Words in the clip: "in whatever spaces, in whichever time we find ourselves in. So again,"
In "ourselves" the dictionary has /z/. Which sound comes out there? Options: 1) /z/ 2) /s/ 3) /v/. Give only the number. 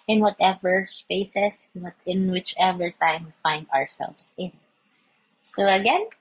2